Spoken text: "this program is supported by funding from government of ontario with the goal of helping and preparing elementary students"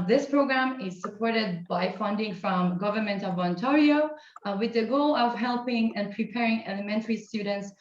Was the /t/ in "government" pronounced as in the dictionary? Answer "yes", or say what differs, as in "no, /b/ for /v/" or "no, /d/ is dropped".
yes